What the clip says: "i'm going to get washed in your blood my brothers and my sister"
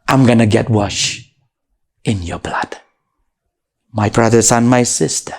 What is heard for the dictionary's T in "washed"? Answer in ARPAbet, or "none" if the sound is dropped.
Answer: none